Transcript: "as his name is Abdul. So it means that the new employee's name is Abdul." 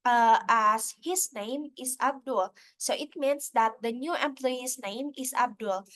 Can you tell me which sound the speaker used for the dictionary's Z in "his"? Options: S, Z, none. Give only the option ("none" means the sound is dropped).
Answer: S